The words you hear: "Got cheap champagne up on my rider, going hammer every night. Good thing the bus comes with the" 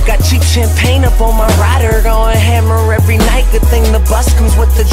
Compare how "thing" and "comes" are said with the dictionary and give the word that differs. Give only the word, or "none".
comes